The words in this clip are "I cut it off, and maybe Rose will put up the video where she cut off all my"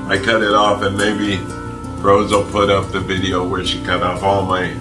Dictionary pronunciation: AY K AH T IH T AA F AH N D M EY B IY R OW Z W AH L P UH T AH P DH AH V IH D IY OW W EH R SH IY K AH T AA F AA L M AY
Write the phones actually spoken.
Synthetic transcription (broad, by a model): AY K AH T IH T AA F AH N M EY B IY R OW Z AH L P UH T AH P DH AH V IH D IY OW W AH R SH IY K AH T AA F AA L M AY